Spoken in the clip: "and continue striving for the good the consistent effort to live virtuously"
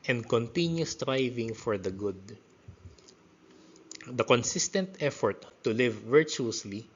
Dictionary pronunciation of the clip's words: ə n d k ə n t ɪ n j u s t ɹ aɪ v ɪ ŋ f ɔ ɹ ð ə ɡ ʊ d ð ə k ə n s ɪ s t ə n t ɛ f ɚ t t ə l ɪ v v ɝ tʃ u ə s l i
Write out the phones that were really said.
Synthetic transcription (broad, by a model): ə n d k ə n t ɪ n j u s t ɹ aɪ v ɪ ŋ f ɔ ɹ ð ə ɡ ʊ d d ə k ə n s ɪ s t ə n t ɛ f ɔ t t ə l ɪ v v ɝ tʃ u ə s l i